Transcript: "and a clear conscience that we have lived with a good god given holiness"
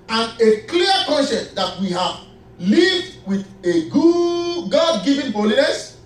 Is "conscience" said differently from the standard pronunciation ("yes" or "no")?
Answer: yes